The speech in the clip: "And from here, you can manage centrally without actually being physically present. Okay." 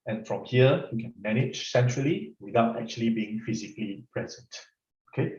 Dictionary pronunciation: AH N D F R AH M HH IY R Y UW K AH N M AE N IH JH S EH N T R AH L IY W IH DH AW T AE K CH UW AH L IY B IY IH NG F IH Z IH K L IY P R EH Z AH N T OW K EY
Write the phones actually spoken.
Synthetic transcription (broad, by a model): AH N F R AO M HH IY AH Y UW K AH N M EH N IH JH S EH N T R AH L IY W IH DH AW T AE K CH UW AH L IY B IY IH NG F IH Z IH K L IY P R EH Z AH N T OW K EY